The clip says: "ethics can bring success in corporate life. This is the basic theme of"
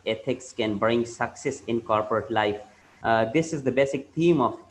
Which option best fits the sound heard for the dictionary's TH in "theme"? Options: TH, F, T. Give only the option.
T